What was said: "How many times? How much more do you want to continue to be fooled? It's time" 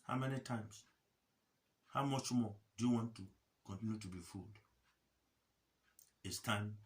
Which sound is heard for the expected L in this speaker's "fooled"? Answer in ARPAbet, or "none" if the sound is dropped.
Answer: L